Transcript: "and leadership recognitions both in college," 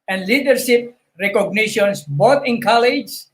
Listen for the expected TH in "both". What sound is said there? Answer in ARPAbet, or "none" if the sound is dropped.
T